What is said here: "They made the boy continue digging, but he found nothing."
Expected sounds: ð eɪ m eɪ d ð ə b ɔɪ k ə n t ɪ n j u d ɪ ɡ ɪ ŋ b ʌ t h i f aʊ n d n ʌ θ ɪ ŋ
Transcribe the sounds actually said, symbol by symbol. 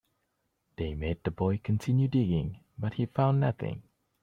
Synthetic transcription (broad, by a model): ð eɪ m eɪ d ð ə b ɔɪ k ə n t ɪ n j u d ɪ ɡ ɪ ŋ b ʌ t h i f aʊ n n ʌ θ ɪ ŋ